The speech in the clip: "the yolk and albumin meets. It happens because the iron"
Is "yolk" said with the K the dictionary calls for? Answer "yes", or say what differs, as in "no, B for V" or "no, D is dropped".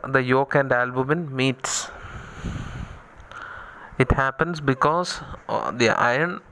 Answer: yes